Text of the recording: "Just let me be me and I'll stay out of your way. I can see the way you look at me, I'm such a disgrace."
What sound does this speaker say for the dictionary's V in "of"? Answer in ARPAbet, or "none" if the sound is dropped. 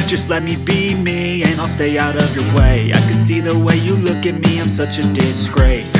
V